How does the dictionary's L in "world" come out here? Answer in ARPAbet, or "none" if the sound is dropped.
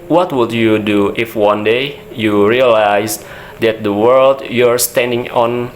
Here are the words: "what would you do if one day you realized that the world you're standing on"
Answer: L